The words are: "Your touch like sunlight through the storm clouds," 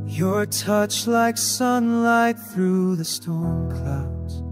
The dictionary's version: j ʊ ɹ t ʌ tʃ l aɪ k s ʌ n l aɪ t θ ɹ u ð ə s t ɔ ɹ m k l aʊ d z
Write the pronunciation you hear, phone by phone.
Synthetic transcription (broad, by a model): j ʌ ɹ t ʌ tʃ l aɪ k s ʌ n l aɪ t θ ɹ u ð ə s t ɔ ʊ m k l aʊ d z